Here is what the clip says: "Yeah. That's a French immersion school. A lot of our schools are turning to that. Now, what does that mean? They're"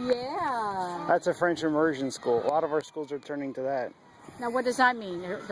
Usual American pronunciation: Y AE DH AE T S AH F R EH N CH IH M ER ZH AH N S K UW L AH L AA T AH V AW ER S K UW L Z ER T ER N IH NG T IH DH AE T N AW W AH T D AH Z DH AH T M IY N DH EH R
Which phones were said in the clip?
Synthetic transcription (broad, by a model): Y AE DH AE T S AH F R EH N CH IH M ER ZH AH N S K UW L AH L AA T AH V AW ER S K UW L Z ER T ER N IH NG T IH DH AE T N AW W AH T D AH Z DH AH T M IY N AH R